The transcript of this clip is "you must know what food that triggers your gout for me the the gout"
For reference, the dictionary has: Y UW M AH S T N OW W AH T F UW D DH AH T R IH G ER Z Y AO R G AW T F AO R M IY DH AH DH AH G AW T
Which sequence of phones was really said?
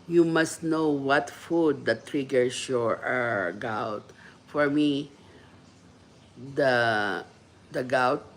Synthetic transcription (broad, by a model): Y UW M AH S T N OW W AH T F UW D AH T R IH G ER S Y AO R G AW T F AO R M IY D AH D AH G AW T